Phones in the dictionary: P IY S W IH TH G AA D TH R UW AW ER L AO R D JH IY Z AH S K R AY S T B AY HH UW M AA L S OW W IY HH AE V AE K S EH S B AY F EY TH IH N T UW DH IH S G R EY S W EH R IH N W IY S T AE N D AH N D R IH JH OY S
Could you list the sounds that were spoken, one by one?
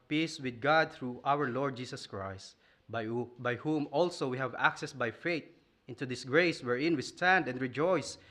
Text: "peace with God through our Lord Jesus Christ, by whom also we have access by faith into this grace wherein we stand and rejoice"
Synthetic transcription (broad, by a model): P IY S W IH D G AA D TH R UW AW ER L AO R D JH IY S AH S K R AY S T B AY HH UW M AA L S OW W IY HH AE V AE K S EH S B AY F EY T IH N T UW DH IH S G R EY S W EH R IH N W IY S T AE N D AH N D R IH JH OY S